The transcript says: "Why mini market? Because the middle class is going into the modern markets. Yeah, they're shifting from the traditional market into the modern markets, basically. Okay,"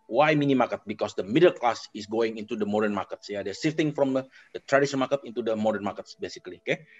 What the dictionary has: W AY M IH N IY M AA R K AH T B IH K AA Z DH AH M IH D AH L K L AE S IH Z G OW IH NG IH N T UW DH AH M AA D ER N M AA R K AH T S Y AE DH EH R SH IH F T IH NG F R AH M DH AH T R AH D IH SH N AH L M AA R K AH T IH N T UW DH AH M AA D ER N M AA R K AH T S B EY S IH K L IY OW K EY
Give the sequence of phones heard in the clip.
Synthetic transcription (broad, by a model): W AY M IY N IY M AA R K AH T B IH K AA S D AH M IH D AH L K L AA S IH S G OW IH NG IH N T UW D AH M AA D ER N M AA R K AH T S Y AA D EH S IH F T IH NG F R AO M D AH T R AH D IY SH AH N M AA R K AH T IH N T UW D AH M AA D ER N M AA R K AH T S B EY S IH K L IY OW K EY